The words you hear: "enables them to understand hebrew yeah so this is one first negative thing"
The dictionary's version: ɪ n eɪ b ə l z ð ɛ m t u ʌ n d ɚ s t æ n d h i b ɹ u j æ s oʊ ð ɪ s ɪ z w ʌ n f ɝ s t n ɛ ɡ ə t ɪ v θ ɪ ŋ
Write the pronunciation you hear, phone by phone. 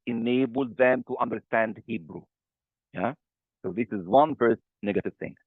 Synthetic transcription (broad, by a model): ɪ n eɪ b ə l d ð ɛ m t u ʌ n d ɚ s t æ n d h i b ɹ u j æ s oʊ ð ɪ s ɪ z w ʌ n f ɝ s t n ɛ ɡ ə t ɪ v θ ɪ ŋ